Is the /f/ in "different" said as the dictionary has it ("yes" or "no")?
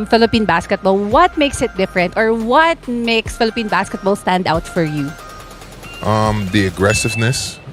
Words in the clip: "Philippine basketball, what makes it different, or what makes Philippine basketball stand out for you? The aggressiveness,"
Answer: yes